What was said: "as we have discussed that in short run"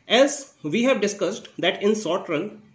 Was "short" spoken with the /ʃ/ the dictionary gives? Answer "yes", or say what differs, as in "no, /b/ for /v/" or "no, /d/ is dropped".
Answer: no, /s/ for /ʃ/